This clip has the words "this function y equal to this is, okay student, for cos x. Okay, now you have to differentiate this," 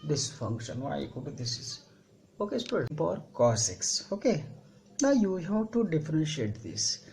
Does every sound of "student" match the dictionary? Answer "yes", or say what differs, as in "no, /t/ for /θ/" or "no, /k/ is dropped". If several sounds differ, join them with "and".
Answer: no, /n/ is dropped